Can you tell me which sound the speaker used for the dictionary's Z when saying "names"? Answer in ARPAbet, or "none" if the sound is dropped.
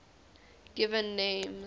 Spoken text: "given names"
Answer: none